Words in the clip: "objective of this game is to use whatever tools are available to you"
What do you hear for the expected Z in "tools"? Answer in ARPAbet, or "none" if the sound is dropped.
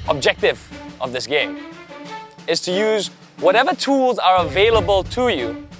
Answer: Z